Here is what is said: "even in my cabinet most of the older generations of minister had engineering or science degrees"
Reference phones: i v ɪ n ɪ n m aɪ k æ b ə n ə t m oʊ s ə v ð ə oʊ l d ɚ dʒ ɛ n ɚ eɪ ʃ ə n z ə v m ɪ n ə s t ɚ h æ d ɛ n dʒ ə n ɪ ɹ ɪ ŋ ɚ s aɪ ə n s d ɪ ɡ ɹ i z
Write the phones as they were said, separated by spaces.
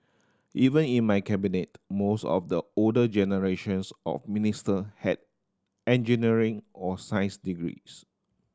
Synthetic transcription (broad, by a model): i v ɪ n ɪ n m aɪ k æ b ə n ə t m oʊ s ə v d ə oʊ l d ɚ dʒ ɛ n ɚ eɪ ʃ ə n s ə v m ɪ n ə s t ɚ h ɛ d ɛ n dʒ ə n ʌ ɹ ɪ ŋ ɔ s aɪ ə s d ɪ ɡ ɹ i s